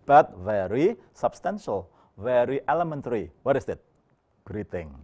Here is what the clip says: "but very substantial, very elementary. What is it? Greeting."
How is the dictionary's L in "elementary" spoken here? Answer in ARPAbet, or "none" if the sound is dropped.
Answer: L